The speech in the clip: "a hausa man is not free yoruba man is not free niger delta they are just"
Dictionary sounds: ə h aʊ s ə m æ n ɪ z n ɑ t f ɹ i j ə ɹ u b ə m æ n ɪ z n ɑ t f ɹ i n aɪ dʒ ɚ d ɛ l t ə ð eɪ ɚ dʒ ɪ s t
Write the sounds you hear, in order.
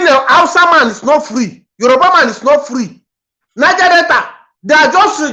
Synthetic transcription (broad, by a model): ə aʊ s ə m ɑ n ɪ s n ɑ t f ɹ i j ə ɹ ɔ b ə m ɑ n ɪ s n ɑ t f ɹ i n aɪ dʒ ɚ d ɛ t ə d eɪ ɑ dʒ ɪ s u